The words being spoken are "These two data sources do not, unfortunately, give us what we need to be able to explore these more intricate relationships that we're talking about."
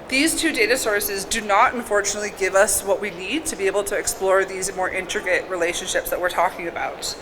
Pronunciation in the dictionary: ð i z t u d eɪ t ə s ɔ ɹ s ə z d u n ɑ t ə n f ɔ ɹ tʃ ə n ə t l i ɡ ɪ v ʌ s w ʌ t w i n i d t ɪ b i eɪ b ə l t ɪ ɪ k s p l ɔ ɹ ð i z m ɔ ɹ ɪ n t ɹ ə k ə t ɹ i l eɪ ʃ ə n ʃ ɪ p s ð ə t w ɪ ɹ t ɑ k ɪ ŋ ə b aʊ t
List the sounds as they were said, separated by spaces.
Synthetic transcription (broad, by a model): ð i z t u d eɪ t ə s ɔ ɹ s ə z d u n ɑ t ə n f ɔ ɹ tʃ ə n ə t l i ɡ ɪ v ʌ s w ʌ t w i n i d t ɪ b i eɪ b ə l t ɪ ɪ k s p l ɔ ɹ ð i z m ɔ ɹ ɪ n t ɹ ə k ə t ɹ i l eɪ ʃ ə n ʃ ɪ p s ð ə t w ɪ ɹ t ɑ k ɪ ŋ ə b aʊ t